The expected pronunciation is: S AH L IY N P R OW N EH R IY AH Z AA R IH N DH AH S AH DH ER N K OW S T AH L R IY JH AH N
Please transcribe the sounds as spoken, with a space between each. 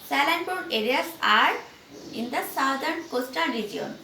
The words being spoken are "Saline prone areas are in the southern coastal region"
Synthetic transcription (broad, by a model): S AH L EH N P OW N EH R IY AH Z AA R IH N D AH S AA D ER N K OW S T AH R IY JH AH N